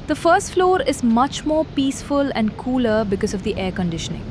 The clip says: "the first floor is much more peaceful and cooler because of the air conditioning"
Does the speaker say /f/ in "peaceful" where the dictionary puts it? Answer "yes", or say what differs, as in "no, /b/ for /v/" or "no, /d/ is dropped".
yes